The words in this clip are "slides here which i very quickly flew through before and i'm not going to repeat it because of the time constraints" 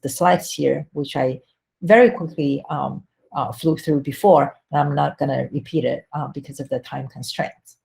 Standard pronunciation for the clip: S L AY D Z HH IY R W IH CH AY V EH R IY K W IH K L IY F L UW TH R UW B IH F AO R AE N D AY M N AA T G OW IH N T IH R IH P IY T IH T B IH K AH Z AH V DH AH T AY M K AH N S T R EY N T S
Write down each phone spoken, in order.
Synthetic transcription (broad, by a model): S L AY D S HH IY R W IH CH AY V EH R IY K W IH K L IY F L UW TH R UW B IH F AO R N AY M N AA T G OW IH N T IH R IH P IY T IH T B IH K AH Z AH V DH AH T AY M K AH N S T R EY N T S